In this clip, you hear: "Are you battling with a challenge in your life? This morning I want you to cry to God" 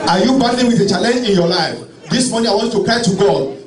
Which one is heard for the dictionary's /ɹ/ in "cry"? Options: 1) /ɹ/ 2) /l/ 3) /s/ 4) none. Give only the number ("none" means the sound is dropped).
4